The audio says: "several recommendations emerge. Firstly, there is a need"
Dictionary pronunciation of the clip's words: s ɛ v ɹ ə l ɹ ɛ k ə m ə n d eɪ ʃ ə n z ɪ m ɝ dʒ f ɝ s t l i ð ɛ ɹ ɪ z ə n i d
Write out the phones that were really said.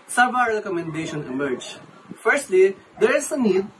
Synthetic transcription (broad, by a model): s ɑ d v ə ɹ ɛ k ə m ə n d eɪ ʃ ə n ɪ m ɝ dʒ f ɝ s t l i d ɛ ɹ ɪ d ə n i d